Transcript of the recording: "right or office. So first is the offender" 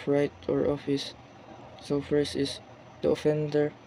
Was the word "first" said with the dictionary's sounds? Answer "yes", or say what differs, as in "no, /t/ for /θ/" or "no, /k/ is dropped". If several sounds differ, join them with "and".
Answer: no, /t/ is dropped